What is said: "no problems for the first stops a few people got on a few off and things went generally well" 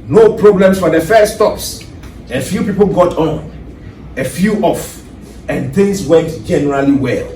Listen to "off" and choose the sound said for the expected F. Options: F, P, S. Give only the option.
F